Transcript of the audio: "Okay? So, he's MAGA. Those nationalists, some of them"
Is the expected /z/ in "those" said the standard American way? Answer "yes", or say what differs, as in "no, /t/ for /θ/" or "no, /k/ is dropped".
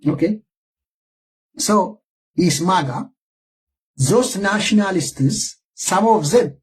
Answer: no, /s/ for /z/